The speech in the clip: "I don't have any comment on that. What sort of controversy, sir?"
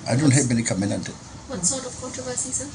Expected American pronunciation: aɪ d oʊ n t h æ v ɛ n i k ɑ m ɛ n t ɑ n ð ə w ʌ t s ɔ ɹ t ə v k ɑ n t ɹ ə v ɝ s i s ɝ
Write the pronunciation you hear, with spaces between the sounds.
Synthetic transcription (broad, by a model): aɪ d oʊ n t h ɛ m ɛ n i k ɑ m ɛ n ɑ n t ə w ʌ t s ɔ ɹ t ə v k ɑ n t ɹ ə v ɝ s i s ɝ